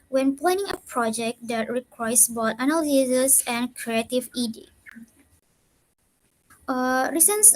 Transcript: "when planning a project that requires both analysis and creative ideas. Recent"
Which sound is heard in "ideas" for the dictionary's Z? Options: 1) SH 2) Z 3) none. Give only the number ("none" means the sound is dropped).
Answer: 3